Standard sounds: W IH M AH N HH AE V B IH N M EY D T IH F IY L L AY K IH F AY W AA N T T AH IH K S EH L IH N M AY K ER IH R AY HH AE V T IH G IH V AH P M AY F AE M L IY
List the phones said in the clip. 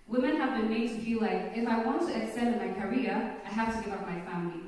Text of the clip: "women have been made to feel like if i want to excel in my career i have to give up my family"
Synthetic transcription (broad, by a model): W IH M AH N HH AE V B IH N M EY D T IH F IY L L AY K IH F AY W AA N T T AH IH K S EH N IH N M AY K ER IH R AY HH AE F T IH G IH V AH P M AY F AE M L IY